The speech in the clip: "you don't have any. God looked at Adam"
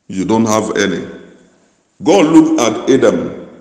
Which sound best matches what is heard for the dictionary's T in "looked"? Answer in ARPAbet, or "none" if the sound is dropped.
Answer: none